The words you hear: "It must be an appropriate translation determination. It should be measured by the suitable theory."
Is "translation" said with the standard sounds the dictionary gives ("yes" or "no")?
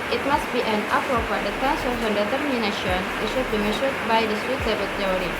no